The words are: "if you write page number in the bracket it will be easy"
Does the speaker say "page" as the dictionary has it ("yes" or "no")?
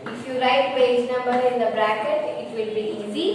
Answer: no